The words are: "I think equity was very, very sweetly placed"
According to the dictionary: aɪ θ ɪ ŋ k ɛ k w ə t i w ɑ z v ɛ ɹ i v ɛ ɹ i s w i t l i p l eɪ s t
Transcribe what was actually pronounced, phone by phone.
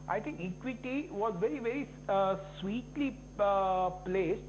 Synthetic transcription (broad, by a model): aɪ t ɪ ŋ k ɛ k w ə t i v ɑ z v ɛ ɹ i v ɛ ɹ i s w i t l i p l eɪ s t